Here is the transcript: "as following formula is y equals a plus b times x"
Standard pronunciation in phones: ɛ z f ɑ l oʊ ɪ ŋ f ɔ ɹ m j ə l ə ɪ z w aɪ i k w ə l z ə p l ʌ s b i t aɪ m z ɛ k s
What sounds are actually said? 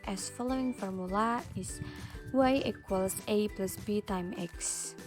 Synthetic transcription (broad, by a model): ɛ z f ɑ l oʊ ɪ ŋ f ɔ ɹ m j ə l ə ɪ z w aɪ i k w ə l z ə p l ʌ s b i t aɪ m ɛ k s